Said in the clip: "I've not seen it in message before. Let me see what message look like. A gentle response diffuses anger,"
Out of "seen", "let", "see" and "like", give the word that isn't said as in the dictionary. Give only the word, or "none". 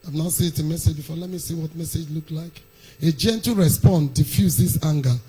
seen